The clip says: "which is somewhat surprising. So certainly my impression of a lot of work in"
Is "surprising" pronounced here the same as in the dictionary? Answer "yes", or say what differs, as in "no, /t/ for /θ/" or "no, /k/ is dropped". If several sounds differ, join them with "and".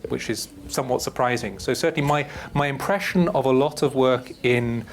yes